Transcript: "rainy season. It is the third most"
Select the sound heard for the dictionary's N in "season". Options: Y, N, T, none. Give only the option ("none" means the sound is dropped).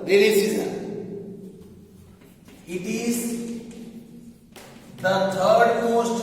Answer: none